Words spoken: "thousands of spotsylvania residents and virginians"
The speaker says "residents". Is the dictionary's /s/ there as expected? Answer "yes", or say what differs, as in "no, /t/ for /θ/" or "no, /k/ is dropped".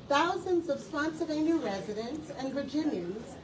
yes